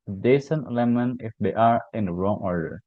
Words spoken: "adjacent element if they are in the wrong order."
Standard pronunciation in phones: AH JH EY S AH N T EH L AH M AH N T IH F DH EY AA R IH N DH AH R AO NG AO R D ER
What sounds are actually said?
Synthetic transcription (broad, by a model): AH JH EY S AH N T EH L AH M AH N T IH F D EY AA R IH N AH R AO NG AO R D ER